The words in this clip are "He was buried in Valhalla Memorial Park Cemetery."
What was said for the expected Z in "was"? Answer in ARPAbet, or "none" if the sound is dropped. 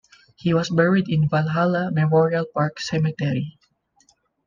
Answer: S